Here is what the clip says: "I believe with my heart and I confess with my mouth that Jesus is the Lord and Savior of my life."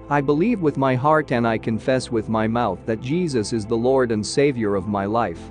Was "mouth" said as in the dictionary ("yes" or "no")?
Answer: yes